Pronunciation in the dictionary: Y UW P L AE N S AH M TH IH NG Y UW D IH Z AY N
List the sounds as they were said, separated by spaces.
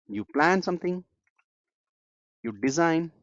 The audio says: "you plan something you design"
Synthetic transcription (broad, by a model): Y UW P L AE N S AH M T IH NG Y UW D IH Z AY N